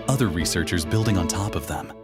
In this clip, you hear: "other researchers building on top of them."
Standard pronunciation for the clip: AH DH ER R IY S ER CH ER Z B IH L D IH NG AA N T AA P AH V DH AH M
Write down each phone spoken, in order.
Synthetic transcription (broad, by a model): AH DH ER R IY S ER CH ER Z B IH L D IH NG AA N T AA P AH V DH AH M